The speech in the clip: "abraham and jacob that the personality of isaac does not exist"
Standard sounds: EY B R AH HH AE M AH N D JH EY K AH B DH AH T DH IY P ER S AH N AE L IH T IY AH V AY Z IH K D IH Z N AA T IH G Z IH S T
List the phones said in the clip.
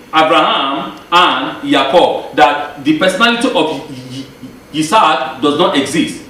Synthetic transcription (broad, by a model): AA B R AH HH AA M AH N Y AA K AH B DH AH T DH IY P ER S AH N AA L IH T IY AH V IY S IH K D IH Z N AA T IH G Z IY S T